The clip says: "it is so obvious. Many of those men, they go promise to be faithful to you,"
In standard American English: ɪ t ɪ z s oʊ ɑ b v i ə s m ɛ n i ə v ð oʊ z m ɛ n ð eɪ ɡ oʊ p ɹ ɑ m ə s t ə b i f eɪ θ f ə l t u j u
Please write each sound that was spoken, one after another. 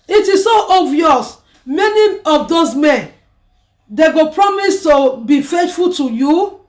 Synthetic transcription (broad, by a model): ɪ t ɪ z s oʊ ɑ v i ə s m ɛ n i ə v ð oʊ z m ɛ n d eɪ ɡ oʊ p ɹ ɑ m ə s t ə b i f eɪ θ f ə l t u j u